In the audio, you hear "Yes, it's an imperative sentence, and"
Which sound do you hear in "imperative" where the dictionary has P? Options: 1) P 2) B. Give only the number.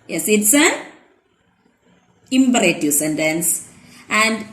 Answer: 2